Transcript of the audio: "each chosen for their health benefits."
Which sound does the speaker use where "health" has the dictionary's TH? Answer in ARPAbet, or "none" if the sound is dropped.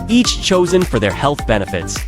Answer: TH